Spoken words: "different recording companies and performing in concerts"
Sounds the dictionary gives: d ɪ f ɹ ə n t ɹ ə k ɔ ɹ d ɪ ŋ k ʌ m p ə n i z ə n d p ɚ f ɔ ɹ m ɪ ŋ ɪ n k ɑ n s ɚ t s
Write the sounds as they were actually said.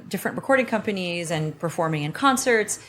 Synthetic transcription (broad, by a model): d ɪ f ɹ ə n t ɹ ə k ɔ ɹ d ɪ ŋ k ʌ m p ə n i z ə n p ɚ f ɔ ɹ m ɪ ŋ ɪ n k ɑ n s ɚ t s